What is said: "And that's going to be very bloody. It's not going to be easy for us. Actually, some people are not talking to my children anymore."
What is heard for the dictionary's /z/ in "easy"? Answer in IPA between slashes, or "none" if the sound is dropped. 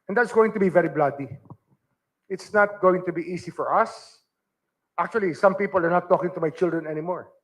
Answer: /s/